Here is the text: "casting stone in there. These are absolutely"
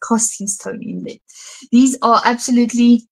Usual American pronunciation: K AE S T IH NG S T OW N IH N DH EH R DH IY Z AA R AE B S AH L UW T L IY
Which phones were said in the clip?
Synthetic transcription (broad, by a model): K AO S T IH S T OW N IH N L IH DH IY Z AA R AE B S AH L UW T L IY